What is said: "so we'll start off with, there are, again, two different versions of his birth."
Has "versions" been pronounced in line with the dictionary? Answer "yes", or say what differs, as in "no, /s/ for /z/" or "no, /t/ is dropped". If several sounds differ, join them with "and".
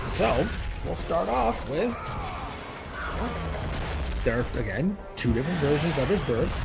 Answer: yes